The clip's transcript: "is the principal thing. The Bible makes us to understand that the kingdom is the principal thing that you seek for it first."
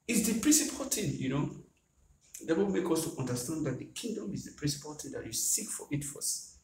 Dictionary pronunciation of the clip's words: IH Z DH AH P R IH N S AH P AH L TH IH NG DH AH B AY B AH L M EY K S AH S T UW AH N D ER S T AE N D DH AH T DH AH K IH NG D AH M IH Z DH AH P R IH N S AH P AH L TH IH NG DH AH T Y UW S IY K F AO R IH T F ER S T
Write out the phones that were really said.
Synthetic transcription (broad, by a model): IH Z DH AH P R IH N S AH P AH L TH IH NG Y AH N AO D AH W M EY K AH S T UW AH N D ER S T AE N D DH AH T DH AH K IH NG D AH M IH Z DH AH P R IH N S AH P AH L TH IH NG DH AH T Y UW S IY K F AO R IH T F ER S